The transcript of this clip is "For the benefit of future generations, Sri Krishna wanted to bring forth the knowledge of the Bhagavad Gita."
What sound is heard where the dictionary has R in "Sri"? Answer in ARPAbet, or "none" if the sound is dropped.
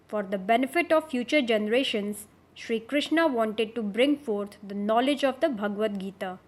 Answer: R